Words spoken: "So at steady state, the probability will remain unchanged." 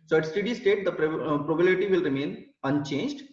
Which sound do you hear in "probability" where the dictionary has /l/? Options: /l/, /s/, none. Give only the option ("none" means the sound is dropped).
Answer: none